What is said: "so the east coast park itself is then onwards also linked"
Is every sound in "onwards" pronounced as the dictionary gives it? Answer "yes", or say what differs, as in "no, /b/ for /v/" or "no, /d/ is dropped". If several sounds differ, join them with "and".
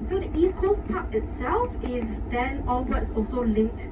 no, /l/ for /n/